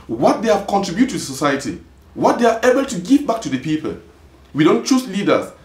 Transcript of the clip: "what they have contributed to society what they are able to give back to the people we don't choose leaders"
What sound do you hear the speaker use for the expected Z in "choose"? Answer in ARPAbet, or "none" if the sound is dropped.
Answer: S